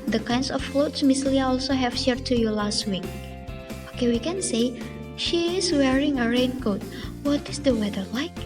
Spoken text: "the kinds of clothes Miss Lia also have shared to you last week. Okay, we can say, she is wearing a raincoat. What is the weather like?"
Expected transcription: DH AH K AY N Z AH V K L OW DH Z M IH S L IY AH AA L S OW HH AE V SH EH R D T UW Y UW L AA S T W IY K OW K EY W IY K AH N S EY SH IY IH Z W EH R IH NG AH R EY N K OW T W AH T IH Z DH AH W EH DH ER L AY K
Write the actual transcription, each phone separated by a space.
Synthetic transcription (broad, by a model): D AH K AY N S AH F L OW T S M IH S L IY AH AA L S OW HH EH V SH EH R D T UW Y UW L AA S T W IY K OW K EY W IY K AH N S EY SH IY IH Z W EH R IH NG AH R EY N K OW T W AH T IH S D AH W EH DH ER L AY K